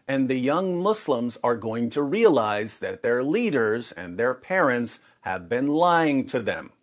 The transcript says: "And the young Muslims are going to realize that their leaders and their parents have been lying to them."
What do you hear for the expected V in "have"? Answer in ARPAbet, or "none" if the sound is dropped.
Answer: V